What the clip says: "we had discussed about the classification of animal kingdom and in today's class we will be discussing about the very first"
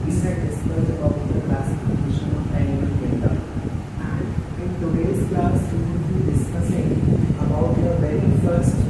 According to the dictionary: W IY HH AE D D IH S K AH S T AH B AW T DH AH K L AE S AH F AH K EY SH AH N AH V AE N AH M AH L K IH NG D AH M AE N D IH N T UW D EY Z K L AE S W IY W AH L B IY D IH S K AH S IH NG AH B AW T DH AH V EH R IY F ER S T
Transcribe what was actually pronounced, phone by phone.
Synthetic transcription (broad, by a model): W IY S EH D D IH S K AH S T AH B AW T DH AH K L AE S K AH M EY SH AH N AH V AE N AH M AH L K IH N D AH AE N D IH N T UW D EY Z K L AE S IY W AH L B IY D IH S K AH S IH NG AH B AW T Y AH V EH R IY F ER S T